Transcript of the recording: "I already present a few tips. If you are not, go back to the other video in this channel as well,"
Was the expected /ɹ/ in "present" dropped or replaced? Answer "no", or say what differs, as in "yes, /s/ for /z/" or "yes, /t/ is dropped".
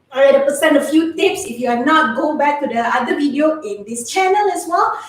yes, /ɹ/ is dropped